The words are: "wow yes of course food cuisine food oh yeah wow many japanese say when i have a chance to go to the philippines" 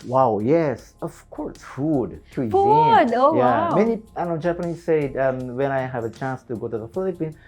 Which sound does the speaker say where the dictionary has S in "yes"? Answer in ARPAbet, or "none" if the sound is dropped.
S